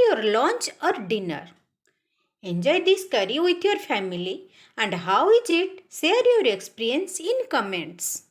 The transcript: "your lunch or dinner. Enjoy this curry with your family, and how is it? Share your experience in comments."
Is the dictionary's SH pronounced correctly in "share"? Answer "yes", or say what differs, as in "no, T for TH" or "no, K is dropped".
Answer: no, S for SH